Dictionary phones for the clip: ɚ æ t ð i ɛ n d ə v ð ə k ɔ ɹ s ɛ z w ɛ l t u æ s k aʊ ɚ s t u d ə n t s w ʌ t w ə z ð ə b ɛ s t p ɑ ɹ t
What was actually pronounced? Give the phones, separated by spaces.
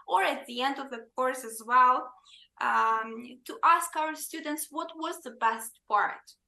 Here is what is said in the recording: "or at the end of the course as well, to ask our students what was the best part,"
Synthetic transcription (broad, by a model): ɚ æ t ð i ɛ n d ə v ð ə k ɔ ɹ s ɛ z w ɛ l t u æ s k aʊ ɚ s t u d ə n t s w ʌ t w ə z ð ə b ɛ s t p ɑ ɹ t